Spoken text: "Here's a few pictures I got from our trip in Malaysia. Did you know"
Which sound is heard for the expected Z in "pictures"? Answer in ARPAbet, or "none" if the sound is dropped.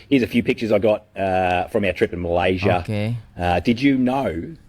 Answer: Z